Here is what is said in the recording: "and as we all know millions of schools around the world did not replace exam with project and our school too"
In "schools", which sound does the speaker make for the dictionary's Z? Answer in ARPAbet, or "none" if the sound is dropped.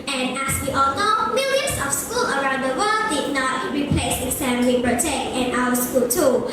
none